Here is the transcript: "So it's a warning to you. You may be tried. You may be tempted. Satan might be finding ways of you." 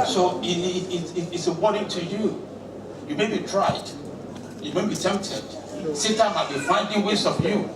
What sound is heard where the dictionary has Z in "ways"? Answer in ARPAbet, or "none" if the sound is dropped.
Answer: S